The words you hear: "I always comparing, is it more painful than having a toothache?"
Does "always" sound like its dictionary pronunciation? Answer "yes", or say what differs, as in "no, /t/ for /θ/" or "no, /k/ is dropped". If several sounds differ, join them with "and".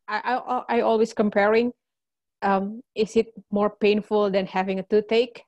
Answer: no, /s/ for /z/